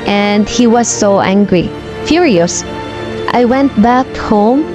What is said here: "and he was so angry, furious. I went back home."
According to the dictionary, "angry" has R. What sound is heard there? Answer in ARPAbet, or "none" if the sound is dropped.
R